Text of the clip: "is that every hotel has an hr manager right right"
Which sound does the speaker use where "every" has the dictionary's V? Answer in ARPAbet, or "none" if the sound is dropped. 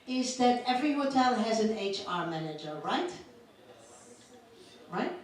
V